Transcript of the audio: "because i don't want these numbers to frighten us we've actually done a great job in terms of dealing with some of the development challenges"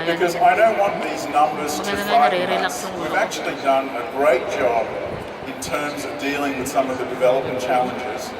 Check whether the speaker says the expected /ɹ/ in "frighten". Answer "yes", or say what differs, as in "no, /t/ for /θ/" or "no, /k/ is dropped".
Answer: no, /ɹ/ is dropped